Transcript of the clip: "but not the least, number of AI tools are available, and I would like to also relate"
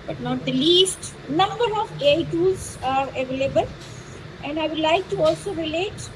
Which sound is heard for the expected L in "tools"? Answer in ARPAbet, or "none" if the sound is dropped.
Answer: none